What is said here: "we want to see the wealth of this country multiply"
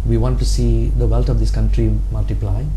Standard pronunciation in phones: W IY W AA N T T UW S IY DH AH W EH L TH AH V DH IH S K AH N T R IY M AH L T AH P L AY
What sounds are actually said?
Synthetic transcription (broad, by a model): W IY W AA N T T UW S IY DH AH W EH L T AH V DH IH S K AH N T R IY M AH L T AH P L AY